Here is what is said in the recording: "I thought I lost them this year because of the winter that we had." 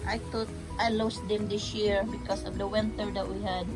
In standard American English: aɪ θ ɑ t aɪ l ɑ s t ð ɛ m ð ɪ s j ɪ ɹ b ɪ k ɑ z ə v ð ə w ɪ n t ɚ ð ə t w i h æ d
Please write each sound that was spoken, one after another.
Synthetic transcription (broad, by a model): aɪ t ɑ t aɪ l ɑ s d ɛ m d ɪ s j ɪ ɹ b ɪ k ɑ s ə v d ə w ɪ n t ɚ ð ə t w i h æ d